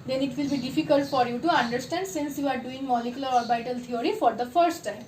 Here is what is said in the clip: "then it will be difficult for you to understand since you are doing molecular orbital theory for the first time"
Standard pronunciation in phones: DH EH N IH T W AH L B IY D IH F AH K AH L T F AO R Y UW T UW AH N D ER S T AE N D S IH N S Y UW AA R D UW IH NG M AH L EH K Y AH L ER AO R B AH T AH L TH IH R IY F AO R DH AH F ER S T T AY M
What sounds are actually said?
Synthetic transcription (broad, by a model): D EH N IH T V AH L B IY D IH F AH K AH L T F AO R Y UW T UW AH N D ER S T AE N D S IH N S Y UW AA R D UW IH NG M AH L EH K Y AH L ER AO R B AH T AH L T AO R IY F AO R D AH F ER S T T AY M